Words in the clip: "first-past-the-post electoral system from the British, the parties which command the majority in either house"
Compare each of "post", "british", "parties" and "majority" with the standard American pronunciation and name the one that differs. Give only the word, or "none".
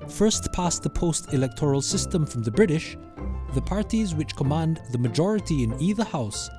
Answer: none